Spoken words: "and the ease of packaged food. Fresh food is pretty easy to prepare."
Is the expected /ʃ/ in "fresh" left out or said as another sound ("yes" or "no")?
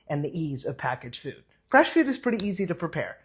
no